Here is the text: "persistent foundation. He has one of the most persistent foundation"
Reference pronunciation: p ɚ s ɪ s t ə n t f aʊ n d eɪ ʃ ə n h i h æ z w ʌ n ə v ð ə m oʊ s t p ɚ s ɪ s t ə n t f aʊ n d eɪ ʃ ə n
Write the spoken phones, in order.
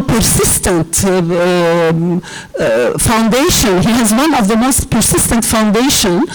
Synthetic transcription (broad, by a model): p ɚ s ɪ s t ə n t f aʊ n d eɪ ʃ ə n h i h æ z w ʌ n ə v ð ə m oʊ s t p ɚ s ɪ s t ə n t f aʊ n d eɪ ʃ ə n